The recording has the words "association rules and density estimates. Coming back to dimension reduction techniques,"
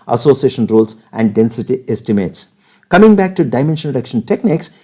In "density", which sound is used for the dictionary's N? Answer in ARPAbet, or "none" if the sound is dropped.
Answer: N